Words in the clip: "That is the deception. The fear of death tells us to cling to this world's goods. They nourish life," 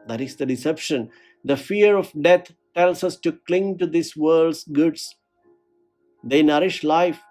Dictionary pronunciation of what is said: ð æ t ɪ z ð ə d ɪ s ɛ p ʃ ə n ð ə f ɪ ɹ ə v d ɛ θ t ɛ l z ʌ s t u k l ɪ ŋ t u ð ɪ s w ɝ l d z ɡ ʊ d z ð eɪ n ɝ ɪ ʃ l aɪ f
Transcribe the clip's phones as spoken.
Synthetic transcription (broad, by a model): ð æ t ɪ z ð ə d ɪ s ɛ p ʃ ə n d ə f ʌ ɹ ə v d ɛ t t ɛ l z ʌ s t u k l ɪ ŋ t u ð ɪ s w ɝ l d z ɡ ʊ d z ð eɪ n ɝ ɪ ʃ l aɪ f